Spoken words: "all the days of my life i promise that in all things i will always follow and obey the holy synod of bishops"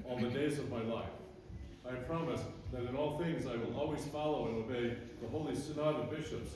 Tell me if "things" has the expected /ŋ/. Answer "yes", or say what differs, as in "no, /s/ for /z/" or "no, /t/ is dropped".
yes